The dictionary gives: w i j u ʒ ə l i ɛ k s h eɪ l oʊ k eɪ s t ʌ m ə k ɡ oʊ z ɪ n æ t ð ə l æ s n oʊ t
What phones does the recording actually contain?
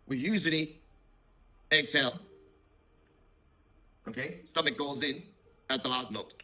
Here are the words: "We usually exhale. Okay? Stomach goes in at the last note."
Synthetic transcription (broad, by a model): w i j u z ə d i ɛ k s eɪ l oʊ k eɪ s t ʌ m ə k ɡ oʊ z ɪ n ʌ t ð ə l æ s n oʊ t